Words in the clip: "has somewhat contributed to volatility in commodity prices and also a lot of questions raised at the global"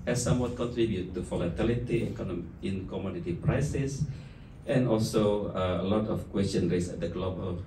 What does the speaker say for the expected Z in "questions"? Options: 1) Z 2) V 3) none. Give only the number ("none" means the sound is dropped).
3